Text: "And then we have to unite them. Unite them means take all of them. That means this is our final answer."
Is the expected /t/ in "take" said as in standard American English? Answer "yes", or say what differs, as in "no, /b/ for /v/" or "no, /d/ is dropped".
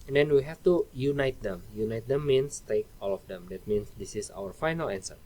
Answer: yes